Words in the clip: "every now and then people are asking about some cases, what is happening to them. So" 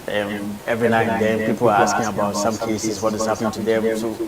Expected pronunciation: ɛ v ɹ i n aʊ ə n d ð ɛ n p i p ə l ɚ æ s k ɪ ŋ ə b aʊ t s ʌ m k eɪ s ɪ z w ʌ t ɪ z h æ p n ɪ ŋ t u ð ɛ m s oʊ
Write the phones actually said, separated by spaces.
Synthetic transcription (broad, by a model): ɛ v ɹ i n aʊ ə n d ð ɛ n p i p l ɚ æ s k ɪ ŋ ə b aʊ t s ʌ m k eɪ s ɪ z w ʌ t ɪ z h æ p n ɪ ŋ t u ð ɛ m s oʊ